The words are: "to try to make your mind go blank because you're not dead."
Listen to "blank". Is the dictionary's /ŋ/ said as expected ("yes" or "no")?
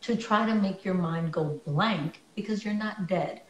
yes